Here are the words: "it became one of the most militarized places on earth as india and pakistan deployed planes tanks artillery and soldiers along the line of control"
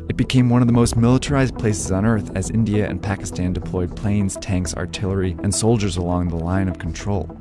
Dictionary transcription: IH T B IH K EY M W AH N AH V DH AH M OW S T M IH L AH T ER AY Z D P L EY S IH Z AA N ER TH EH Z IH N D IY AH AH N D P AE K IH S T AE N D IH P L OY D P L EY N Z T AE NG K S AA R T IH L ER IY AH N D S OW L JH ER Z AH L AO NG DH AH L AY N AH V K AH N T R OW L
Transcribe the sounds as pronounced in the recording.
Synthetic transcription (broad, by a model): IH T B IH K EY M W AH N AH V DH AH M OW S T M IH L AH T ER AY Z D P L EY S IH Z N ER TH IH Z IH N D IY AH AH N P AE K IH S T AE N D IH P L OY D P L EY N Z T AE NG K S AA R T IH L ER IY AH N S OW L JH ER Z AH L AO NG DH AH L AY N AH V K N T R OW L